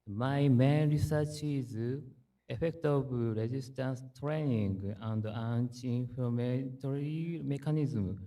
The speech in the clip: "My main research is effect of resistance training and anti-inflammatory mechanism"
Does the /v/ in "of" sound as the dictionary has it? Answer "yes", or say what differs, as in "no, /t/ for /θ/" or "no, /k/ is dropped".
no, /b/ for /v/